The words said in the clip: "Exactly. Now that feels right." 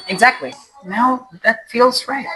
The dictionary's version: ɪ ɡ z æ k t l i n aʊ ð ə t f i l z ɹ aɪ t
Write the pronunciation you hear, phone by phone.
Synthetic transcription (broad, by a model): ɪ ɡ z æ k t l i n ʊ ð ə t f i l z ɹ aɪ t